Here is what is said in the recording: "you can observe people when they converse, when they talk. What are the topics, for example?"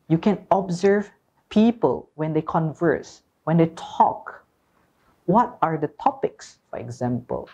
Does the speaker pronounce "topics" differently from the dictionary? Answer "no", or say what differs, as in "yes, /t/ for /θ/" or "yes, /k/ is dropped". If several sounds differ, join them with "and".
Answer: no